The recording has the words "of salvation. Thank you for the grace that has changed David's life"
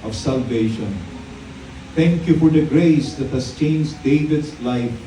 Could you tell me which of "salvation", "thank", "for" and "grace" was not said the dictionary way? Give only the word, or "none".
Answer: thank